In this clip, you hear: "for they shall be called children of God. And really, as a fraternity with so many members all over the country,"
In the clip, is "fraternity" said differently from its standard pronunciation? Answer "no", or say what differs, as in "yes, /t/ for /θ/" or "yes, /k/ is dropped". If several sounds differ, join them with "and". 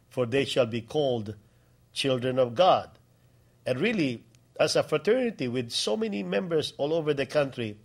no